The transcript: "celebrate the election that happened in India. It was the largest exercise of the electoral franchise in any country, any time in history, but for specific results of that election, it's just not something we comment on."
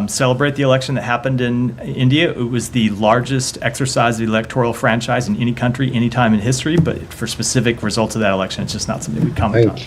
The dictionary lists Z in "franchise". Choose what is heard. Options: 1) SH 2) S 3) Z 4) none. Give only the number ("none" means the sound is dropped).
3